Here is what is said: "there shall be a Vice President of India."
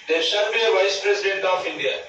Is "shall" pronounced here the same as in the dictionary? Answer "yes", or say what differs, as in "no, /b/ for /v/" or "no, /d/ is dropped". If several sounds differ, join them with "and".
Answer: no, /n/ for /l/